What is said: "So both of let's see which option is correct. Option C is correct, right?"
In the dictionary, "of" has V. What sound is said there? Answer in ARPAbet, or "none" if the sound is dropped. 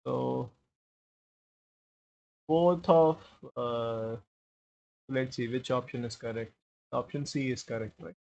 P